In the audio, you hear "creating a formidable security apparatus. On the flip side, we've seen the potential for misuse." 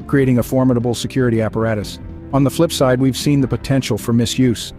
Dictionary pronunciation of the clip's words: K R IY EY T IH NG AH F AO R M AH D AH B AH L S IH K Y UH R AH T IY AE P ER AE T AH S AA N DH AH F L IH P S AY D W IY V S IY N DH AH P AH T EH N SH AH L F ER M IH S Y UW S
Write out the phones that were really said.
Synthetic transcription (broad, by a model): K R IY EY T IH NG AH F AO R M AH D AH B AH L S IH K Y UH R AH T IY AE P ER AE T AH S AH N DH AH F L IH P S AY D W IY V S IY N DH AH P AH T EH N SH L F ER M IH S Y UW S